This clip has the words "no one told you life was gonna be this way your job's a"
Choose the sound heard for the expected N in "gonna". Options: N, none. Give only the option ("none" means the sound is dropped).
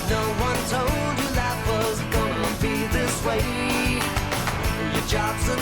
none